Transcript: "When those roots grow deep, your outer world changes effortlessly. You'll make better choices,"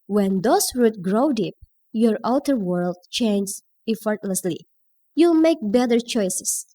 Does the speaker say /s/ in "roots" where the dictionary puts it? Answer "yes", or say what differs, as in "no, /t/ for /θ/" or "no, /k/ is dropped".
no, /s/ is dropped